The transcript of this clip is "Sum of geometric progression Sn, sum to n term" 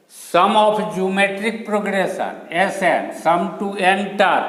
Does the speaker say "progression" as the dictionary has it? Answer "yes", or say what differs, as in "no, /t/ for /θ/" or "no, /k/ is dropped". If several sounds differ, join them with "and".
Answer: no, /s/ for /ʃ/